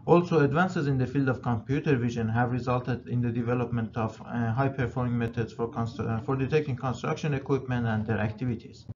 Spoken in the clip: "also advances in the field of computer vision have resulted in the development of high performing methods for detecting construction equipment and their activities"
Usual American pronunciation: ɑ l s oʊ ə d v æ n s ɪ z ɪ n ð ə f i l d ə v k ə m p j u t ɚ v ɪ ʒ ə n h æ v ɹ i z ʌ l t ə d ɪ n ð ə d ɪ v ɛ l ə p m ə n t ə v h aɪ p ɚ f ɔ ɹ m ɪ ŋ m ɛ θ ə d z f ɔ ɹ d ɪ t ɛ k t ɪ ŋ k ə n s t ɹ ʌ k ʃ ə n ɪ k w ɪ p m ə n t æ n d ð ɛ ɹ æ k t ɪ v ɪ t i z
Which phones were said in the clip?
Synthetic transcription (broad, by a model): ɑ l s oʊ ə d v æ n s ɪ z ɪ n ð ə f i l d ə v k ə m p j u t ɚ v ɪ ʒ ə n h æ v ɹ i z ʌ l t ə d ɪ n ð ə d ɪ v ɛ l ə p m ə n t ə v h aɪ p ɚ f ɔ ɹ m ɪ ŋ m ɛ t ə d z f ɔ ɹ d ɪ t ɛ k t ɪ ŋ k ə n s t ɹ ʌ k ʃ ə n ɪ k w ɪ p m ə n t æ n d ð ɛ ɹ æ k t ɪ v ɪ t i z